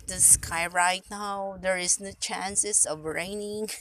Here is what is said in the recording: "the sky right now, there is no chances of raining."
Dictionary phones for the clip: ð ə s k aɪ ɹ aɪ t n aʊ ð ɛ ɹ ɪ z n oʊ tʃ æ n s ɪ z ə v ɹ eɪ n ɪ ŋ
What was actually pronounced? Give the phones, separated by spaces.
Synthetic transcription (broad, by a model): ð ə s k aɪ ɹ aɪ t n aʊ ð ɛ ɹ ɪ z n oʊ tʃ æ n s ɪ s ə v ɹ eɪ n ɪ ŋ